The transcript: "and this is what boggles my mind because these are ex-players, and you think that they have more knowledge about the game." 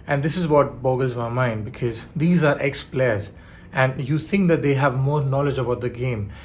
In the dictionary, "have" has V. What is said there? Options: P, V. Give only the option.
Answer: V